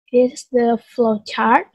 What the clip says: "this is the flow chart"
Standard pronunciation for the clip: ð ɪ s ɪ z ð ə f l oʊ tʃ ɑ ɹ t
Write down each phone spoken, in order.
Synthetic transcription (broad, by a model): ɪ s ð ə f l oʊ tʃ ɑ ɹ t